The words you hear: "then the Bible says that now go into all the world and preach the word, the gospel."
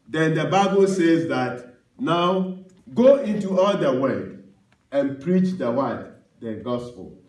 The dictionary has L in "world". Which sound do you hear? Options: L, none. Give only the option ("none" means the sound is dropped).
none